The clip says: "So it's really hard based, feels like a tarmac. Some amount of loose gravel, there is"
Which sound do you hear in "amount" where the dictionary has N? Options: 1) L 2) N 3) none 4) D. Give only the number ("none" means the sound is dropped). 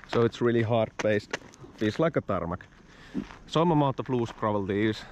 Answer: 3